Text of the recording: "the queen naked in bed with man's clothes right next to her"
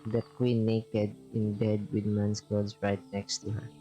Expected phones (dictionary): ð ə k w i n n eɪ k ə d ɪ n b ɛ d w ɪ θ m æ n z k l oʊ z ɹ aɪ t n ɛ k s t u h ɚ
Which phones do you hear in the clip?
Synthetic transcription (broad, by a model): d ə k w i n n eɪ k ə d ɪ n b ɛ d w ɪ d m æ n s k oʊ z ɹ aɪ t n ɛ k s t u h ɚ